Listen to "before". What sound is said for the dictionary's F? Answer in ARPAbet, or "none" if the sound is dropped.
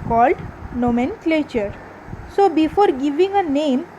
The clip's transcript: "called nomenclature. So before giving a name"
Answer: F